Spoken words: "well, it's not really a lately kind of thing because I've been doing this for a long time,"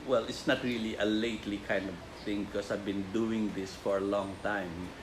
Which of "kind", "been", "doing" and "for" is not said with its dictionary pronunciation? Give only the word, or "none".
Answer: none